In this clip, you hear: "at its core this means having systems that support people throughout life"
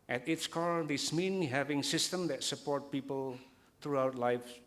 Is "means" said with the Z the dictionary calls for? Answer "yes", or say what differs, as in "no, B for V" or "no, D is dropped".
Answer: no, Z is dropped